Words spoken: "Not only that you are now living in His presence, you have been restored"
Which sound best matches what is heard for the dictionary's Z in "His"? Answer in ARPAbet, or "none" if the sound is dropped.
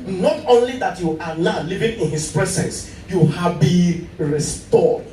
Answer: S